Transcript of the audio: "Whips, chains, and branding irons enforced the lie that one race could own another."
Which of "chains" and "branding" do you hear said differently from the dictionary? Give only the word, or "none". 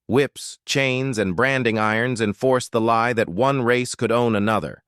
none